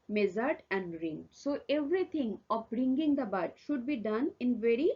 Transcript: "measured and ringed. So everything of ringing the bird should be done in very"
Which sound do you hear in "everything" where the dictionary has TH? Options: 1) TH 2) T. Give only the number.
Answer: 2